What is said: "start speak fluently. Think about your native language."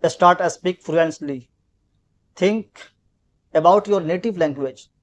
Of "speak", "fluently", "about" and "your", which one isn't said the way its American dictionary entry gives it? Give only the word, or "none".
fluently